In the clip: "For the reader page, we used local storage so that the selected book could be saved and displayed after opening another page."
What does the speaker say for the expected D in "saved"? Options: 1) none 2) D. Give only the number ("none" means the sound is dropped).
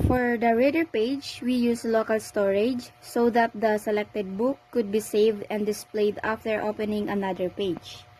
2